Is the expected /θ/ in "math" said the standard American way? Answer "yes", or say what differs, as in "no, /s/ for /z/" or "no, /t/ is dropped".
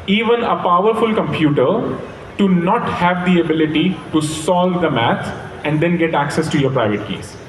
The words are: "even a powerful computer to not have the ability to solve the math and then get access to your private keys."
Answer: no, /t/ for /θ/